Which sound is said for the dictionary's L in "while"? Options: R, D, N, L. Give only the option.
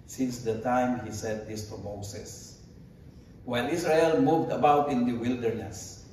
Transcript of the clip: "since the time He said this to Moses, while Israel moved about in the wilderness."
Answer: N